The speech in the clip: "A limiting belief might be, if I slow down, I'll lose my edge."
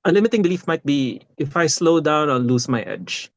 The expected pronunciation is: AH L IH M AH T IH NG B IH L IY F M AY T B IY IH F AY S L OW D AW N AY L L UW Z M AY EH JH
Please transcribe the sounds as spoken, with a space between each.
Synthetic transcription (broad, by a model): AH L IH M AH T IH NG B IH L IY F M AY T B IY IH F AY S L OW D AW N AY N L UW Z M AY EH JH